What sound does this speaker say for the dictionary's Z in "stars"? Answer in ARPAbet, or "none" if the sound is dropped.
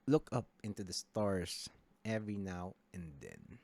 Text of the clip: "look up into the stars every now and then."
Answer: S